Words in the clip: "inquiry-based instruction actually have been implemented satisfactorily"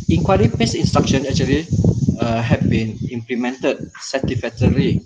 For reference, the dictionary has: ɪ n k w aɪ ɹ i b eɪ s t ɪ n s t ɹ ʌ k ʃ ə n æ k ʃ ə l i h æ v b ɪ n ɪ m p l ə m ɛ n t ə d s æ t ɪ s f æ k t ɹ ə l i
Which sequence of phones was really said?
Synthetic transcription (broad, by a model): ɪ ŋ k w aɪ ɹ i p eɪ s ɪ n s t ɹ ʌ k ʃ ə n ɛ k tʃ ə l i h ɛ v b ɪ n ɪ m p l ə m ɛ n t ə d s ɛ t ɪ f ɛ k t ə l i